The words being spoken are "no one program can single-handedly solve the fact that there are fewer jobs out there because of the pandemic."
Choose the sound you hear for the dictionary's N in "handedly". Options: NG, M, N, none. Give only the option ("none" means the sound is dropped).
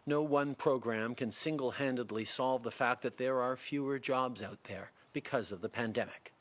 N